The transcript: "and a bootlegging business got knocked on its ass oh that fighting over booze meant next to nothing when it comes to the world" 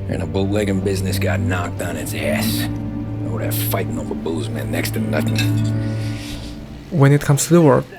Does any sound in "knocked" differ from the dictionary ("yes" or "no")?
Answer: no